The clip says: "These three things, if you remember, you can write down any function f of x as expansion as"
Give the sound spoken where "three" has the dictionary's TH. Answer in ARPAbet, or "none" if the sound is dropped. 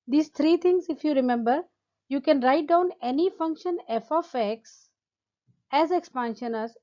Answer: T